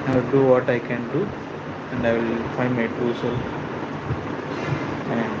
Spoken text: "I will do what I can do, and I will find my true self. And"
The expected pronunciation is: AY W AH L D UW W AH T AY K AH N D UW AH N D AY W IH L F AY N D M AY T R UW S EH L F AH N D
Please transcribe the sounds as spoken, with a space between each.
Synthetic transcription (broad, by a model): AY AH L D UW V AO T AY K AH N D UW AH N D AY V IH L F AY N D M AY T UW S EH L AH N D